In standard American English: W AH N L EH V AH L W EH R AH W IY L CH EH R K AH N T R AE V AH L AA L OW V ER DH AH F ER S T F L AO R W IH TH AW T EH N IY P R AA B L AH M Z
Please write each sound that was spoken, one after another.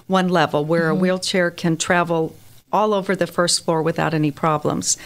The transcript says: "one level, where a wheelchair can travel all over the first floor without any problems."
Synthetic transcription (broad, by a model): W AH N L EH V L W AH R AH W IY L CH EH R K AH N T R AE V L AA L OW V ER DH AH F ER S T F L AO R W IH TH AW T EH N IY P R AA B L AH M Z